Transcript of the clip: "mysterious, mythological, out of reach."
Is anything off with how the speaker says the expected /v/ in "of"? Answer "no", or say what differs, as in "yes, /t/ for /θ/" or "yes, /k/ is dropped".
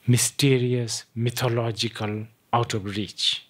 yes, /b/ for /v/